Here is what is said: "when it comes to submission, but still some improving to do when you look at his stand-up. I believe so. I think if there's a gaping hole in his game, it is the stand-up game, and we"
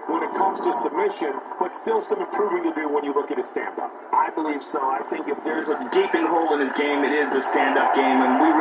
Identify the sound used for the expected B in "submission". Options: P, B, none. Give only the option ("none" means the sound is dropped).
B